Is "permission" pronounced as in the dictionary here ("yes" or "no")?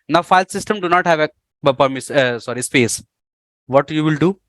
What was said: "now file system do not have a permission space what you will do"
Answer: no